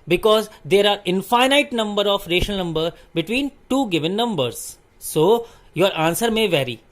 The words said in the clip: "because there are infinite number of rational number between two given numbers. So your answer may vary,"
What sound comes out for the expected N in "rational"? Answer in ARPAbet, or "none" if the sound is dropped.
none